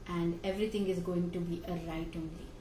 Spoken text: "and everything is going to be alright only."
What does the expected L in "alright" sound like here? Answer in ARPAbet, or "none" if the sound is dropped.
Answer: none